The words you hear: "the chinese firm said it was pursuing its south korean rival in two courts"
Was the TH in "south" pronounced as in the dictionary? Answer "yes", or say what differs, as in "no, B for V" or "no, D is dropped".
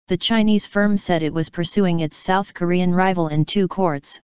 yes